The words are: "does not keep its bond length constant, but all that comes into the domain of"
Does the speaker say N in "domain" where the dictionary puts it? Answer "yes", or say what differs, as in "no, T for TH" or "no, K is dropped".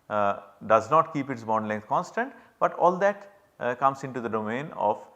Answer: yes